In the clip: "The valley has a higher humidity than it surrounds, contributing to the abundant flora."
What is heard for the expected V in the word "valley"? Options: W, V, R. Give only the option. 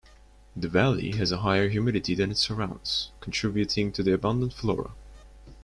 V